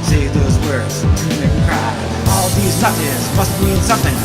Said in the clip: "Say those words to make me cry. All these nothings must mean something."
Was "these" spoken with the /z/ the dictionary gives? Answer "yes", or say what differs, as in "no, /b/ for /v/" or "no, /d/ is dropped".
yes